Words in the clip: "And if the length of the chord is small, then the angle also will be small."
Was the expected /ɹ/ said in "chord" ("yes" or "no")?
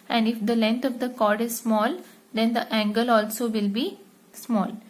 yes